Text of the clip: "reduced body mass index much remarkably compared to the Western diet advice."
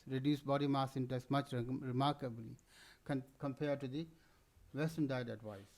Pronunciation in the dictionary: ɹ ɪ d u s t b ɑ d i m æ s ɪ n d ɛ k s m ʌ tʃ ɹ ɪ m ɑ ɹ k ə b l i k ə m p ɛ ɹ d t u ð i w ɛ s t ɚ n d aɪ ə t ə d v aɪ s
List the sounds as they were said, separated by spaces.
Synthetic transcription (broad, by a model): ɹ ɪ d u s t b ɑ d i m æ s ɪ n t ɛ s m ʌ tʃ ɹ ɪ m ɑ ɹ k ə b l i k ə m p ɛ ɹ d t u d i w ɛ s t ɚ n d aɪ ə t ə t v aɪ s